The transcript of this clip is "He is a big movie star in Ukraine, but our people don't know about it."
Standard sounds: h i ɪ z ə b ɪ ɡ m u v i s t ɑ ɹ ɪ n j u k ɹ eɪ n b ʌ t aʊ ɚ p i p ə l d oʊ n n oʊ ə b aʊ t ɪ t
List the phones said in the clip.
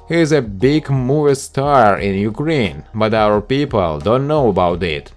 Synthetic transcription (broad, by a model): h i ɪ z ə b ɪ ɡ m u i s t ɑ ɹ ɪ n j u k ɹ eɪ n b ʌ t aʊ ɚ p i p ə l d oʊ n n oʊ ə b aʊ t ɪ t